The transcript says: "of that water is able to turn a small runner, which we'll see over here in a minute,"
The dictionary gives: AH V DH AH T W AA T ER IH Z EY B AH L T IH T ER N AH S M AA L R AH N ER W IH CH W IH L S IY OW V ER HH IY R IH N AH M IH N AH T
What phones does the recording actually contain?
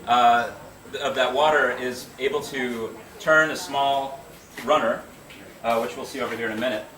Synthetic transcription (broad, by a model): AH V DH AH T W AA T ER IH Z EY B L T IH T ER N AH S M AA L R AH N ER W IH CH W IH L S IY OW V ER HH IY R IH N AH M IH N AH T